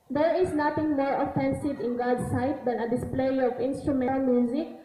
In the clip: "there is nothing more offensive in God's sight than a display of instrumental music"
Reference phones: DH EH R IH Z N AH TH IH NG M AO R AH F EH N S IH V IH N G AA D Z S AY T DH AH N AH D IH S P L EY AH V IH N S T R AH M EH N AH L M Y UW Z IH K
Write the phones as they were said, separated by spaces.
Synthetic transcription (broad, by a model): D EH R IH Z N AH T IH NG M AO R AH F EH N S IH V IH N G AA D S AY T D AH N AH D IH S P L EY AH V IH N S T R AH M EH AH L M Y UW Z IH K